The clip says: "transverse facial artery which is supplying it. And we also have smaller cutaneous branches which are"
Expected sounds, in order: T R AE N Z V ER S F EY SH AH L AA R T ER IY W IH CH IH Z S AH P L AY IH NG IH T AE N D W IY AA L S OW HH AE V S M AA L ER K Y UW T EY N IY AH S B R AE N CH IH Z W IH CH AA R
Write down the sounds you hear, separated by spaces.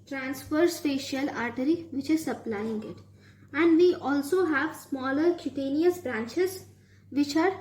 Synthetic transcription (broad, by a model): T R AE N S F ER S P EY SH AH L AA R T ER IY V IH CH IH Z S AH P L AY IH NG IH T AE N D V IY AA L S OW HH AE V S M AA L ER K Y UW T EY N IY AH S B R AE N CH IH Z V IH CH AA R